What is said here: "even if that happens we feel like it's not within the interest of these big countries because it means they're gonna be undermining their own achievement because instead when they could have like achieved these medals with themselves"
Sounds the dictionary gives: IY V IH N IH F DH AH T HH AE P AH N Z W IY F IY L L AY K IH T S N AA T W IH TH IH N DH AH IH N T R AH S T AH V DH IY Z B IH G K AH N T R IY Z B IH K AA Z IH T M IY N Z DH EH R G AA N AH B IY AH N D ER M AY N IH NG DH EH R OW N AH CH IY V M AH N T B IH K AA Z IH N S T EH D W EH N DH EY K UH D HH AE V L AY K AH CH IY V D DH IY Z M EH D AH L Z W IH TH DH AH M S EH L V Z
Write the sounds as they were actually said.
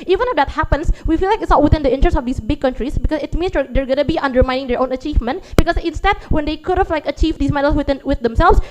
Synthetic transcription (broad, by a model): IY V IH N IH F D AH T HH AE P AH N S W IY F IY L L AY K IH T S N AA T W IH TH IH N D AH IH N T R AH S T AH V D IY S B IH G K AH N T R IY S B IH K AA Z IH T M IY N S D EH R G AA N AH B IY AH N D ER M AY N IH NG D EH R OW N AH CH IY V M AH N T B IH K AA S IH N S T EH D W EH N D EY K UH D HH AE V L AY K AH CH IY V D IY S M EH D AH L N W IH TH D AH M S EH L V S